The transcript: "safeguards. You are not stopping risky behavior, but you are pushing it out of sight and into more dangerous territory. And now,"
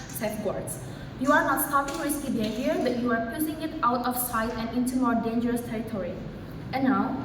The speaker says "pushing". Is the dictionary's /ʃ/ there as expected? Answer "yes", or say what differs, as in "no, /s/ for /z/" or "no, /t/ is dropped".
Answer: no, /s/ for /ʃ/